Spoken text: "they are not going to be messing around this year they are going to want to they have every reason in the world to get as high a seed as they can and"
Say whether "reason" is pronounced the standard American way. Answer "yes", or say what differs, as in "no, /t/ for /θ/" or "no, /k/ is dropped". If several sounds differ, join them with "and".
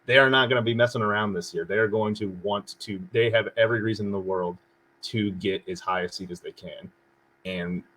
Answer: yes